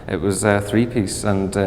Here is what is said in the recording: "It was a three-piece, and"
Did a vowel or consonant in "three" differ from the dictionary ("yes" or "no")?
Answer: no